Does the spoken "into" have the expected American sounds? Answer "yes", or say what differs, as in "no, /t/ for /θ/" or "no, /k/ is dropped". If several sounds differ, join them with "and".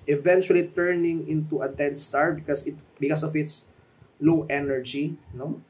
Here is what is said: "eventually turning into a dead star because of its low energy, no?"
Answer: yes